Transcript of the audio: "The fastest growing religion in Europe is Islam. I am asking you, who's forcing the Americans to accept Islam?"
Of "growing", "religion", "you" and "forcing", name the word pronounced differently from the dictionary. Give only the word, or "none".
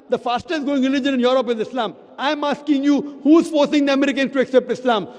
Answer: growing